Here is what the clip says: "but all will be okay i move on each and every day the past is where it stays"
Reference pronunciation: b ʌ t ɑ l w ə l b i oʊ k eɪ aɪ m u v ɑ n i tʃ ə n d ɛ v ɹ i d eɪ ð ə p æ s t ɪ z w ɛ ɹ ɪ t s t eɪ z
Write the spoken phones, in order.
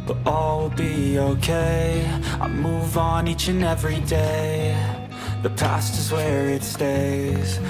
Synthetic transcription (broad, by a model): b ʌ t ɑ l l b i oʊ k eɪ aɪ m u v n i tʃ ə n ɛ v ɹ i d eɪ ð ə p æ s t ɪ z w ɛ ɹ ɪ t s t eɪ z